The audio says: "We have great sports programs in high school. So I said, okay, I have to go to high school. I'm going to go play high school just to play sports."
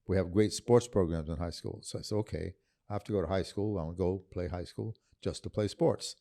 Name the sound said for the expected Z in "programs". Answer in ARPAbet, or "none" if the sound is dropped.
Z